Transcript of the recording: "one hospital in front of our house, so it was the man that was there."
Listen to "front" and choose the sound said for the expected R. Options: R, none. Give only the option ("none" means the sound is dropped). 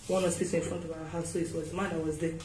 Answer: R